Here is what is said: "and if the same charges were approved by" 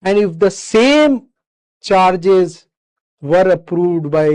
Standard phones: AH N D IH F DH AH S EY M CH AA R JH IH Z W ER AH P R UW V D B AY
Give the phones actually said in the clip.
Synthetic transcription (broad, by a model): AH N D IH F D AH S EY M CH AA R JH IH Z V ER AH P R UW V D B AY